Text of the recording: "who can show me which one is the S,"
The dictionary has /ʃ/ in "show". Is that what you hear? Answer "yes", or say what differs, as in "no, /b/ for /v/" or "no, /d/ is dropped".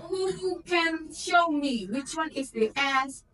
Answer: yes